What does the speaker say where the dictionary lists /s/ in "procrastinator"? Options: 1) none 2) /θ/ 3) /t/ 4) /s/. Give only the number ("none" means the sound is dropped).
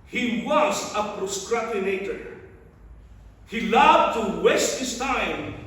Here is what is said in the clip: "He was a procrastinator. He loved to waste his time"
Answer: 1